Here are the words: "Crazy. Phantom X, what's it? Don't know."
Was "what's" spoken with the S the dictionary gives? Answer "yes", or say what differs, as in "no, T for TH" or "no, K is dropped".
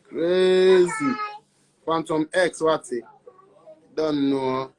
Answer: no, S is dropped